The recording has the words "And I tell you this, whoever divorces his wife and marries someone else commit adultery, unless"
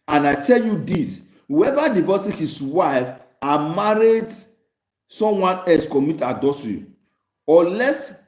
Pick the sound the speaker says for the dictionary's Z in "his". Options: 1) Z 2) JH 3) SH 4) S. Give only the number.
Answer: 4